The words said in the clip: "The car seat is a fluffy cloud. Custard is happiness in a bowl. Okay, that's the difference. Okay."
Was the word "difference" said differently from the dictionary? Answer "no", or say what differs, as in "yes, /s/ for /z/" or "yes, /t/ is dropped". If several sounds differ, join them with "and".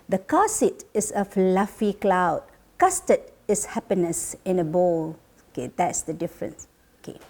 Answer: no